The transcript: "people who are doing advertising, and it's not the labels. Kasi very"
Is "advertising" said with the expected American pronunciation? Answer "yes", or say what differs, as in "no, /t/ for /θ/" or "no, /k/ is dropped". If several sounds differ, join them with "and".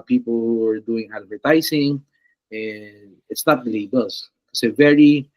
no, /s/ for /z/